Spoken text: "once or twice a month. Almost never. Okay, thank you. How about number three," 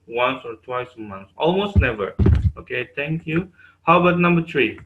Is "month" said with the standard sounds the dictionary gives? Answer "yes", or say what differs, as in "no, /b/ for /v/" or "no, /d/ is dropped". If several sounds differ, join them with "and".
no, /s/ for /θ/